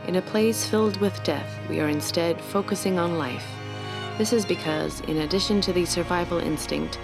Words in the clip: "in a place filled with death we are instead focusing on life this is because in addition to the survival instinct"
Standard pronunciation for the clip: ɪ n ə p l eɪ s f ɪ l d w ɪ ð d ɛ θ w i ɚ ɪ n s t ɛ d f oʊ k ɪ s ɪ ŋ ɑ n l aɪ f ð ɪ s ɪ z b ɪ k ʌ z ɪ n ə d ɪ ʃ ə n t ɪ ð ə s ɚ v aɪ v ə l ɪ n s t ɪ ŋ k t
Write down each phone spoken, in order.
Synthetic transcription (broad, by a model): ɪ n ə p l eɪ s f ɪ l d w ɪ ð d ɛ θ w i ɚ ɪ n s t ɛ d f oʊ k ɪ s ɪ ŋ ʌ n l aɪ f ð ɪ s ɪ z b ɪ k ʌ z ɪ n ə d ɪ ʃ ə n t ɪ ð ə s ɚ v aɪ v l ɪ n s t ɪ ŋ k t